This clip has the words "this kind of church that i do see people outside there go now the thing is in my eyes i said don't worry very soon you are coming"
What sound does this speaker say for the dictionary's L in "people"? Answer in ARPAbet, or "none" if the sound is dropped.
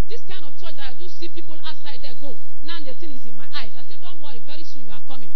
L